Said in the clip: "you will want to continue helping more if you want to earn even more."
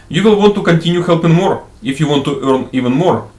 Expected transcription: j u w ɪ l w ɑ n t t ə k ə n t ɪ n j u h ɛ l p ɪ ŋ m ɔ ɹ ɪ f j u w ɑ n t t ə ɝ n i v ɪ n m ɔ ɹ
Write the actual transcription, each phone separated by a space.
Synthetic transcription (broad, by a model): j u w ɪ l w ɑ n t t ə k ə n t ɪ n j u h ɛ l p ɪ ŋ m ɔ ɹ ɪ f j u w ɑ n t t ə ɝ n i v ɪ n m ɔ ɹ